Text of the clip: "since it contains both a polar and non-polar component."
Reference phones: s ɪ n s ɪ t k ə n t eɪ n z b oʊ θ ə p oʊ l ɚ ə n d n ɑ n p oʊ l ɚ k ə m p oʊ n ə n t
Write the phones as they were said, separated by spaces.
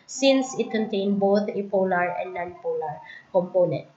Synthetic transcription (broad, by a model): s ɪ n s ɪ t k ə n t eɪ n b oʊ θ ə p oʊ l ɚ ə n d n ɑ n p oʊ l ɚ k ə m p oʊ n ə n t